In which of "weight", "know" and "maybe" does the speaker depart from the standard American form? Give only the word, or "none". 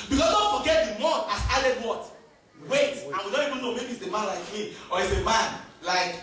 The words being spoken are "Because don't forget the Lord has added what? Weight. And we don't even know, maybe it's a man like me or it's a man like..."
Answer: none